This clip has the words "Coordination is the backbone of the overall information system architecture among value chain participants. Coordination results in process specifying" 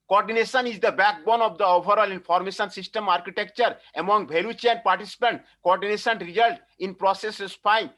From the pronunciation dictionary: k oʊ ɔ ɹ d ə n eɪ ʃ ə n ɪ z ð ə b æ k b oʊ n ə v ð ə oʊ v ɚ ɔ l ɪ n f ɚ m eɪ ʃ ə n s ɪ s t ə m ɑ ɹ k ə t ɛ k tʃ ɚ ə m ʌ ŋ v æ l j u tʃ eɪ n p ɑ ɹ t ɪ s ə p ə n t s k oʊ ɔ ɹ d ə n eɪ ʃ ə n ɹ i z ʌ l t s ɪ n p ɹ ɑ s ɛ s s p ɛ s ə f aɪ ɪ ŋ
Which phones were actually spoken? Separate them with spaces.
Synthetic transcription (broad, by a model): k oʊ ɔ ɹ d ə n eɪ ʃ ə n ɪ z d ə b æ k b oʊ n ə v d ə oʊ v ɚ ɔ l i n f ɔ m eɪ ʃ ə n s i s t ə m ɑ ɹ k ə t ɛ k tʃ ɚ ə m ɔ ŋ b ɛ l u tʃ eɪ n p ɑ ɹ t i s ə p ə n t k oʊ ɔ ɹ d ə n eɪ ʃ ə n ɹ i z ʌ l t ɪ n p ɹ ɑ s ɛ s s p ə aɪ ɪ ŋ